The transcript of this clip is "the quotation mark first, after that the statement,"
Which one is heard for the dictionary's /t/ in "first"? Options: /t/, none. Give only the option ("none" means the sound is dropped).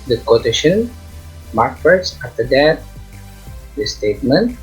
none